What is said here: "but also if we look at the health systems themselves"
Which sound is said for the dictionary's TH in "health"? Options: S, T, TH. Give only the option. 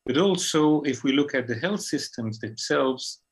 TH